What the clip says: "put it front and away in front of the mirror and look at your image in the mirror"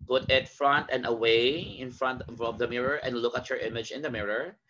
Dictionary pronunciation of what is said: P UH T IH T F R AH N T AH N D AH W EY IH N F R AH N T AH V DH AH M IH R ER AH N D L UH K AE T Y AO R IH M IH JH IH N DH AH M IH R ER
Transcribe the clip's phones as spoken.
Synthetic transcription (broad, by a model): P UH T IH T F R AH N T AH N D AH W EY IH N F R AH N T AH V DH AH M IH R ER AH N D L UH K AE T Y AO R IH M IH JH IH N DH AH M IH R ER